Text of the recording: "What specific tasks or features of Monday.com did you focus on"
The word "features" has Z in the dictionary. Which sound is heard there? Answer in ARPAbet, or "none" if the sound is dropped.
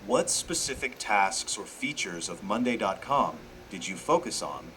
Z